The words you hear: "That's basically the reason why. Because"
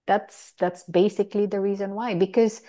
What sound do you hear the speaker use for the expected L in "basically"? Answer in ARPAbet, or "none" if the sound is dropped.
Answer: L